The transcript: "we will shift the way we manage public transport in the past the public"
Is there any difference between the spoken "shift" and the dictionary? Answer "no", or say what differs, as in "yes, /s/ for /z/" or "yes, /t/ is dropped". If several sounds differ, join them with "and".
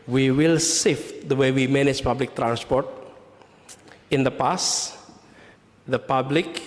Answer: yes, /s/ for /ʃ/